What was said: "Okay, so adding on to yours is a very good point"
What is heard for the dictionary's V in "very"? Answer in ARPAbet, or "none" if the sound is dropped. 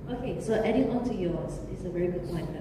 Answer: V